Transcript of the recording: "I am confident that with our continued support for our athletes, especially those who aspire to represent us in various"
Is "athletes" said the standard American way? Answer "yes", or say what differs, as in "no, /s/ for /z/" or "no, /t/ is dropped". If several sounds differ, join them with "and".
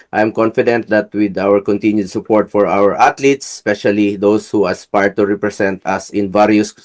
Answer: no, /t/ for /θ/